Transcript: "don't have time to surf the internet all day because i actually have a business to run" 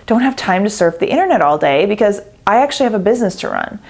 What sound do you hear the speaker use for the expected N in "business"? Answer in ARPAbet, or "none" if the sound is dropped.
N